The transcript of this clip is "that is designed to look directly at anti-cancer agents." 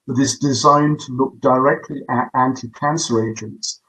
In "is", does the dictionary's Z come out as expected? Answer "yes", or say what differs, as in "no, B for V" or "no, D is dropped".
yes